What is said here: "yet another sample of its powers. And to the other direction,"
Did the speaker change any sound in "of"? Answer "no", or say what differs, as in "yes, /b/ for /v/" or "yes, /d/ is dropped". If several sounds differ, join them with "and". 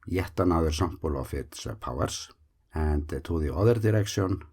yes, /f/ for /v/